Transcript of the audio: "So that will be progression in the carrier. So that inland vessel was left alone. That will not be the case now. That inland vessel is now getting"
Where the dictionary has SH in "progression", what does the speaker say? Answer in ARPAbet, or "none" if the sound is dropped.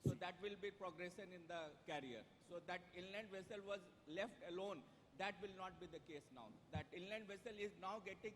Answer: S